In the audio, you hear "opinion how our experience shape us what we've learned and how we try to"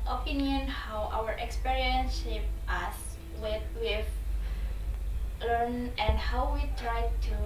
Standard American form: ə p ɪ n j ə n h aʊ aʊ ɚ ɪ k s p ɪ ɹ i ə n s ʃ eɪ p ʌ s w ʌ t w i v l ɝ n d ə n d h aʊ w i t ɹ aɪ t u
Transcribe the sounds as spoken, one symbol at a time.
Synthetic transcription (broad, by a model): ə p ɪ n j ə n h aʊ aʊ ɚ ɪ k s p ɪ ɹ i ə n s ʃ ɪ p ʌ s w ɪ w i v l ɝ n ə n d h aʊ w i t ɹ aɪ t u